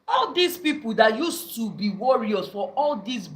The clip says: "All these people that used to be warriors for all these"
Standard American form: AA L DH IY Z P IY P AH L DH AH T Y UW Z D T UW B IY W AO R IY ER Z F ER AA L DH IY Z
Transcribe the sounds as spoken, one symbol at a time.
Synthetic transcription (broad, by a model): AA L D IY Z P IY P AH L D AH T Y UW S T UW B IY W AO R IY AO S F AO AA L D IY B